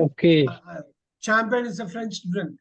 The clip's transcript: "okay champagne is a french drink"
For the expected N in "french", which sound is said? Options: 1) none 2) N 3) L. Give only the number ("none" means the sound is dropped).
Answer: 2